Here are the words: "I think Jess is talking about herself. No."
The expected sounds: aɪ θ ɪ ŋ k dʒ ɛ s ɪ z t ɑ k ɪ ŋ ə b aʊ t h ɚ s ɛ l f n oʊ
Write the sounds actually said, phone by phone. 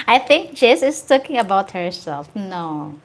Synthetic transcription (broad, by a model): aɪ θ ɪ ŋ k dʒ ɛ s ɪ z t ɑ k ɪ ŋ ə b aʊ t h ɚ s ɛ l f n oʊ